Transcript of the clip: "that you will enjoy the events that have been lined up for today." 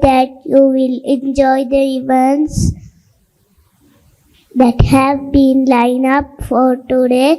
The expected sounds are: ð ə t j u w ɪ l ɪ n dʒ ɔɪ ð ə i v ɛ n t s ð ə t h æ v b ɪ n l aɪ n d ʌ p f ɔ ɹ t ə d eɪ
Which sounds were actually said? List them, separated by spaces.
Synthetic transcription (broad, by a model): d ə t j u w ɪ l ɪ n dʒ ɔɪ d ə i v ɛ n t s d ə t h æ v b ɪ n l aɪ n ʌ p f ɔ ɹ t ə d eɪ